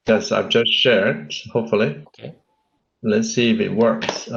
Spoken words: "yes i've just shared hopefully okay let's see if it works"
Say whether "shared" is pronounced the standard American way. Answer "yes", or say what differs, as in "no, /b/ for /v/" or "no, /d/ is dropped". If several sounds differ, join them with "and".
yes